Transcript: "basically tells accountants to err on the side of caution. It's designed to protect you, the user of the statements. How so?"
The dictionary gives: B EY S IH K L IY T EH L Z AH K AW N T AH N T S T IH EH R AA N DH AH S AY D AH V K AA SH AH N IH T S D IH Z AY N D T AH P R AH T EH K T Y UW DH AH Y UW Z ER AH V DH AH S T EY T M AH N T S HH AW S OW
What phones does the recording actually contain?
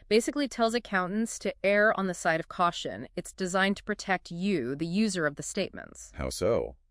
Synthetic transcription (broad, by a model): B EY S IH K L IY T EH L Z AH K AW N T N S T IH EH R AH N DH AH S AY D AH V K AA SH AH N IH T S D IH Z AY N T AH P R AH T EH K T Y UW DH AH Y UW Z ER AH V DH AH S T EY T M AH N T S HH AW S OW